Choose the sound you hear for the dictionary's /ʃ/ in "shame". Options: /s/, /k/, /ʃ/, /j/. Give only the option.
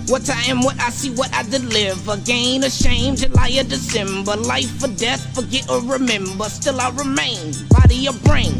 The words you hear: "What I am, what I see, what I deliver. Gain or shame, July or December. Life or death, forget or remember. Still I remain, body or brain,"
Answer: /ʃ/